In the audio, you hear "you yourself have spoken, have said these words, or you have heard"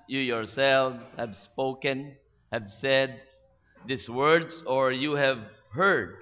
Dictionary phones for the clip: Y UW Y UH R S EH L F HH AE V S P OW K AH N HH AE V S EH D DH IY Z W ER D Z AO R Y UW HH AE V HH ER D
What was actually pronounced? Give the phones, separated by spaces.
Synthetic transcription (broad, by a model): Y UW Y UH R S EH L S HH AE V S P OW K AH N HH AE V S EH D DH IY S W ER D S AO R Y UW HH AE V HH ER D